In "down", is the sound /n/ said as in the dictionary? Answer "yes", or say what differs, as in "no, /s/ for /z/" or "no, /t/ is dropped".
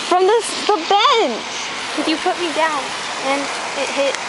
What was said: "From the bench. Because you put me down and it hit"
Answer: yes